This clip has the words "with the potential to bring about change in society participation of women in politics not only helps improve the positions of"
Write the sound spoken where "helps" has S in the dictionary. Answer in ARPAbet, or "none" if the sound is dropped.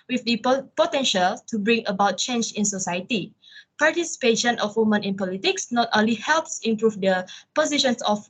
S